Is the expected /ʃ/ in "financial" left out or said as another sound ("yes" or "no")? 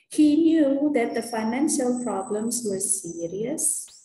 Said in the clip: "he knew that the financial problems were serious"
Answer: no